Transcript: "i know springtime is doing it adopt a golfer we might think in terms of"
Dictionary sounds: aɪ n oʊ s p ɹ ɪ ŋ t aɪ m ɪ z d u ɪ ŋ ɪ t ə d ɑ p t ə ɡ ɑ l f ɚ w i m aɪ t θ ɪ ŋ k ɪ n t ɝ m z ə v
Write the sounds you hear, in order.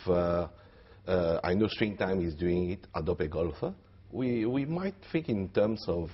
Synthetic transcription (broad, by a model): aɪ n oʊ s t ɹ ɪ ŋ t aɪ m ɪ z d u ɪ ŋ ɪ t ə d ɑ p ə ɡ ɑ l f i w i m aɪ t f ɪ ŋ k ɪ n t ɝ m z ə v